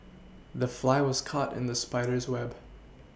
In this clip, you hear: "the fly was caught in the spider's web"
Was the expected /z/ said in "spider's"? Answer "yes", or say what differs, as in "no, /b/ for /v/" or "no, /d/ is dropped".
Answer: yes